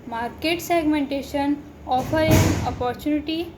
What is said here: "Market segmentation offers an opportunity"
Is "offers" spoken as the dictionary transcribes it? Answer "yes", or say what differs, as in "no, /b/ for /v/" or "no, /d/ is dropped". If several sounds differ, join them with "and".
no, /z/ is dropped